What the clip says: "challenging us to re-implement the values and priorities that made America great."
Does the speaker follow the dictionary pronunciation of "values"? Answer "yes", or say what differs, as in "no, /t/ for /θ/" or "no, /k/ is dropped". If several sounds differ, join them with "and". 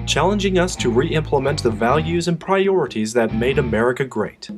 yes